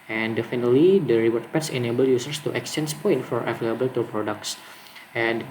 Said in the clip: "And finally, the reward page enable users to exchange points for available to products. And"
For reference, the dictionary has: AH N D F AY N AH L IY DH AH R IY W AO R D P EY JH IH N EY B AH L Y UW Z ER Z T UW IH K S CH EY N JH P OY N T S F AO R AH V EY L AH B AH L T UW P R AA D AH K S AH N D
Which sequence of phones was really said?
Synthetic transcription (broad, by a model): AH N D F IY N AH L IY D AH R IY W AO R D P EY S IH N EY B AH L Y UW S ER S T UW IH K S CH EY N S P OY N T F AO R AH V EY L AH B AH L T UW P R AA D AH K S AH N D